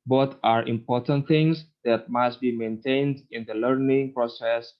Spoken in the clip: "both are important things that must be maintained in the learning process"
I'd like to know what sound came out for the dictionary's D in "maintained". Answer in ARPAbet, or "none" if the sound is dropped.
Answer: D